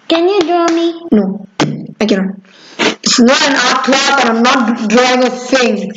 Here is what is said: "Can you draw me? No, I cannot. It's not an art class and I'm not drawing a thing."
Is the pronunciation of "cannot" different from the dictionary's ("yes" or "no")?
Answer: yes